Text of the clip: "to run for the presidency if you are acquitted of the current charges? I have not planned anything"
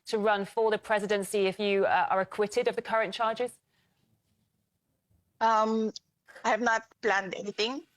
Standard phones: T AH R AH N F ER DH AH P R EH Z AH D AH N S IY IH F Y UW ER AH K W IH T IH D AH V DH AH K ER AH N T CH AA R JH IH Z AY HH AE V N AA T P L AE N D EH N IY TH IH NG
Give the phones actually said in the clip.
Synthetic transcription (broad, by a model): T AH R AH N F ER DH AH P R EH Z AH D AH N S IY IH F Y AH ER AH K W IH T IH D AH V DH AH K ER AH N CH AA JH IH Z AY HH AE V N AA T P L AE N D EH N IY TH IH NG